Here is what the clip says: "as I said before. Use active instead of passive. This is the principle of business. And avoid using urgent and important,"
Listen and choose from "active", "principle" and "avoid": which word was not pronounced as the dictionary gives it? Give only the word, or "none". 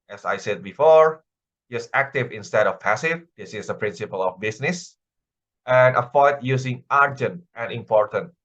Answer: avoid